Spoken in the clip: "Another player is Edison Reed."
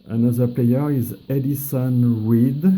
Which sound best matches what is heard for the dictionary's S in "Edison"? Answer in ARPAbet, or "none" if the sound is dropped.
S